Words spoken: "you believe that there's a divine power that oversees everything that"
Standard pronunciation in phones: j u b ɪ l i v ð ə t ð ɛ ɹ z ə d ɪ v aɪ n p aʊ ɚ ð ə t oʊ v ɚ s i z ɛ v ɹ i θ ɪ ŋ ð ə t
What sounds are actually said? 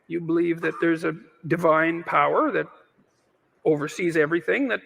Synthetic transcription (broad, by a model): j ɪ b ɪ l i v ð ə t ð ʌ ɹ z ə d ɪ v aɪ n p aʊ ɚ ð ə t oʊ v ɚ s i z ɛ v ɹ i θ ɪ ŋ ð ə t